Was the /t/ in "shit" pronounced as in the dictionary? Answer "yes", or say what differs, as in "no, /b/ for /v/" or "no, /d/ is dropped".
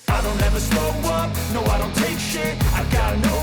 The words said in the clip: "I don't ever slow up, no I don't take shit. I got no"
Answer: no, /t/ is dropped